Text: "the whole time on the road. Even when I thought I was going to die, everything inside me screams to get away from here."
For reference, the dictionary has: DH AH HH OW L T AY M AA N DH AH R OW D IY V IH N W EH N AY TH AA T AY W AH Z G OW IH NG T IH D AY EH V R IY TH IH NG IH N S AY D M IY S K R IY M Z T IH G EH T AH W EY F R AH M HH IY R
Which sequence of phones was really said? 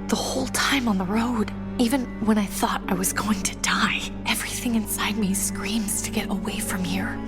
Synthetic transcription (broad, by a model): DH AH HH OW L T AY M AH N DH AH R OW D IY V IH N W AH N AY TH AA T AY W AH Z G OW IH NG T IH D AY EH V R IY TH IH NG IH N S AY D M IY S K R IY M Z T IH G EH T AH W EY F R AH M HH IY R